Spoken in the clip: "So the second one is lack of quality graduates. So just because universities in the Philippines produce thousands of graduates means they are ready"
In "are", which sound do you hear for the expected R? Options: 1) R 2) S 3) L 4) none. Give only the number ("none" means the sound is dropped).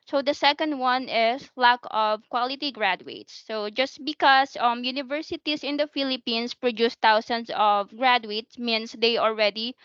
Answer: 3